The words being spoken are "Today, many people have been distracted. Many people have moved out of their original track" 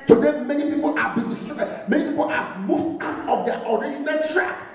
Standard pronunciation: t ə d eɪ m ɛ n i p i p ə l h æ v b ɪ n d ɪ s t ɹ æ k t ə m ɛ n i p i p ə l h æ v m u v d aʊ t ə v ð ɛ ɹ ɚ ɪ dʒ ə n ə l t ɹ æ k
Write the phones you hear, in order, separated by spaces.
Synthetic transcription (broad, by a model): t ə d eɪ m ɛ n i p i p ə l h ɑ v b ɪ n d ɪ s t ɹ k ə m ɛ n i p i p ə l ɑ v m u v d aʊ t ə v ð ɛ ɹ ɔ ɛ ʃ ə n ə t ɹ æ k